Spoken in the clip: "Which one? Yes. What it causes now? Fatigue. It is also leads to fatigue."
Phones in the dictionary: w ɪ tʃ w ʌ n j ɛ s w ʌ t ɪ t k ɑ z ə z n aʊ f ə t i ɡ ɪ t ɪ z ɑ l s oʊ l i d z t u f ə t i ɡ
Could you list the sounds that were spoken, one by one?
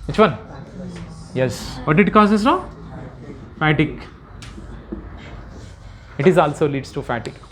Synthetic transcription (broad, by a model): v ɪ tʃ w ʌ n j ɛ s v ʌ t ɪ t k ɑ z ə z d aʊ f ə t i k ɪ t ɪ z ɑ l s oʊ l i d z t u f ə t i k